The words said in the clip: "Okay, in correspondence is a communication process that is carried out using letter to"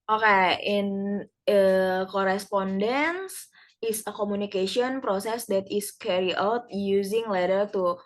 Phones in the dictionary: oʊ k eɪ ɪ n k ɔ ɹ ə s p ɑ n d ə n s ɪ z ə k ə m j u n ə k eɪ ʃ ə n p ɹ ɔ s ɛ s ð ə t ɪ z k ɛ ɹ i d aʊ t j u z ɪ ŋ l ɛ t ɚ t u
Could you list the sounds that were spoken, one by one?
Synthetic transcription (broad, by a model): oʊ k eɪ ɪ n k ɔ ɹ ə s p ɑ n d ə n s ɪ s ə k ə m u n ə k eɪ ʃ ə n p ɹ ɔ s ɛ s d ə t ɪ s k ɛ ɹ i aʊ t j u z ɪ ŋ l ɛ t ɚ t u